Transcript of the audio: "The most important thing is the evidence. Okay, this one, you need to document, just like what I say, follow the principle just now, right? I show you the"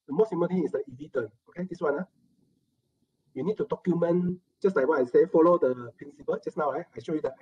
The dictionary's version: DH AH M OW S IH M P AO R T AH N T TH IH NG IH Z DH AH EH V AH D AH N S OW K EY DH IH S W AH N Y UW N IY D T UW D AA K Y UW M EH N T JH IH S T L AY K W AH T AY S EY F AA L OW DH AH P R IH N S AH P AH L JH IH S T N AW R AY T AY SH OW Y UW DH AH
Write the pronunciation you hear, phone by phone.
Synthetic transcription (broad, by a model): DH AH M OW S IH M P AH L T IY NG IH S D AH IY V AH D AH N OW K EY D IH S W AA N Y UW N IY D T UW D AA K Y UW M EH N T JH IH S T L AY K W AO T AY S EY F AA L OW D AH P R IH N S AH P AH L JH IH S N AW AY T AY SH OW Y UW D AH